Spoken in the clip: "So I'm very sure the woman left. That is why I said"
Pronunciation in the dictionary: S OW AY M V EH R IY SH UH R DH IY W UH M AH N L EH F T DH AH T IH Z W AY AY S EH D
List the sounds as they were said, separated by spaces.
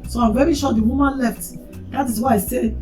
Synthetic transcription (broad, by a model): S OW AY M V EH R IY SH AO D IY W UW M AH N L EH F T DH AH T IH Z W AY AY S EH